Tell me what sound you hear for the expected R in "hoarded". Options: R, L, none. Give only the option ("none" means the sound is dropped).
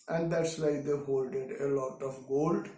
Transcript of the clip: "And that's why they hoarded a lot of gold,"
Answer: L